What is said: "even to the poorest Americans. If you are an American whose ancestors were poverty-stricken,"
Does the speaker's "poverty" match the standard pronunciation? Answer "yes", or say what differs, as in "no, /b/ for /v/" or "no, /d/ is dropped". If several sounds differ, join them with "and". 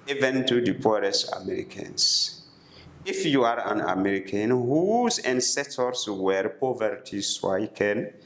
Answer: yes